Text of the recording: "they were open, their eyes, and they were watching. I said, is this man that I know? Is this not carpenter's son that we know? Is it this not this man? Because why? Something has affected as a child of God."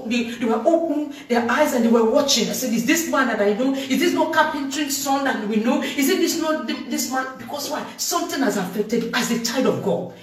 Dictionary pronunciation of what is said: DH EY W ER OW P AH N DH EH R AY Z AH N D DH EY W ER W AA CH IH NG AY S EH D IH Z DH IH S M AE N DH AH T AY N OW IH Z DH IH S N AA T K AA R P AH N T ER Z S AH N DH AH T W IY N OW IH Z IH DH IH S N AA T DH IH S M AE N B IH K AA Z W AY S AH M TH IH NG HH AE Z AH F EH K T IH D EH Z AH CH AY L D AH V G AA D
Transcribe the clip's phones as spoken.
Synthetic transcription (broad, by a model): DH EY W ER OW P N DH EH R AY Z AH N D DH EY W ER W AA CH IH NG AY S EH D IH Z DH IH S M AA N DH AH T AY N OW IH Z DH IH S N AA K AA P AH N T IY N S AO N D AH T W IY N OW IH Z IH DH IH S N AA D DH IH S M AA N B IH K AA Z W AY S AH M T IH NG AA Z AH F EH K T IH D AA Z AH CH AY D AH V G AA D